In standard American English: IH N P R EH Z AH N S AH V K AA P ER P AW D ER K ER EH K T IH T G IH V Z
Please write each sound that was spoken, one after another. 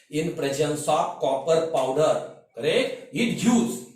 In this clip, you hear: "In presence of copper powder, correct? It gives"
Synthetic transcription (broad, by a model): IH N P R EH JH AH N S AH P K AA P ER P AW D ER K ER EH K IH T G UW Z